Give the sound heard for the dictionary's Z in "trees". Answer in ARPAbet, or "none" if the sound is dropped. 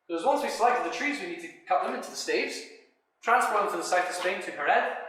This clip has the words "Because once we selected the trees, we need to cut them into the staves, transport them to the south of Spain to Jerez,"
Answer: Z